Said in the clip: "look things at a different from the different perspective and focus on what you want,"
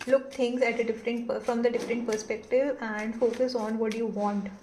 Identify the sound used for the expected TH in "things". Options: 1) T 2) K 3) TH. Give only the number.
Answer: 1